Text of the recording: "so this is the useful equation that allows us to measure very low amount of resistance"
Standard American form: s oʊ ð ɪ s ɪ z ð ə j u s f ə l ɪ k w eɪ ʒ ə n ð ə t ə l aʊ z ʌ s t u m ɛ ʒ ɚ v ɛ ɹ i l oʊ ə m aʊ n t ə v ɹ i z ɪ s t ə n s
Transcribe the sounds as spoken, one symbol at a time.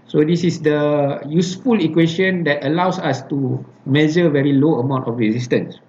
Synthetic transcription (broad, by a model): s oʊ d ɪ s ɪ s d ə j u s f ə l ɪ k w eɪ ʃ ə n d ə t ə l aʊ s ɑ s t u m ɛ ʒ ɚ v ɛ ɹ i l oʊ ə m aʊ n t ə f ɹ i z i s t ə n s